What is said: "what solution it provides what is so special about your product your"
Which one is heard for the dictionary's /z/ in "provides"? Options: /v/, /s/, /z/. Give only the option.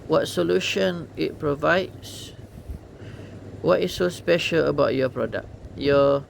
/s/